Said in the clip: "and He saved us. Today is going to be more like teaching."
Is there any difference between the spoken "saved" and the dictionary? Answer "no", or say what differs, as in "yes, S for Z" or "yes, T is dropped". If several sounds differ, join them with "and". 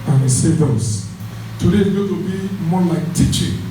yes, V is dropped